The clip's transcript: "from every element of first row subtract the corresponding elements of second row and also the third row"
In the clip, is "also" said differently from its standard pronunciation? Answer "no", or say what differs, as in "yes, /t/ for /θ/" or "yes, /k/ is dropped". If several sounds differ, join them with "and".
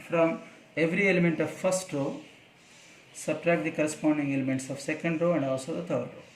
yes, /l/ is dropped